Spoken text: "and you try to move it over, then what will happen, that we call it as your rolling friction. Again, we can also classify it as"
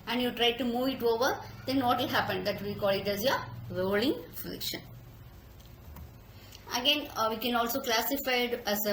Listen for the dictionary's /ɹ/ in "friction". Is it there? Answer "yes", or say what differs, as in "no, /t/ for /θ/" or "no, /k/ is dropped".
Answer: no, /l/ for /ɹ/